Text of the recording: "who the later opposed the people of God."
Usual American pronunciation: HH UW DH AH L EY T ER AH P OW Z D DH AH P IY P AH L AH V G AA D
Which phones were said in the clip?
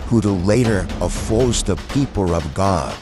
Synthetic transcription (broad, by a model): HH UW DH AH L EY T ER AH F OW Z DH AH P IY P L AH V G AA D